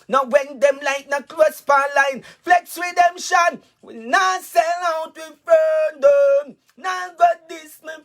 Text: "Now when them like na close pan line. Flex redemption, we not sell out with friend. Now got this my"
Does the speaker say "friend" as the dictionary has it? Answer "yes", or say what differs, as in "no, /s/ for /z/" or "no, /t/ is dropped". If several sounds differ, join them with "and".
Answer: no, /ɹ/ is dropped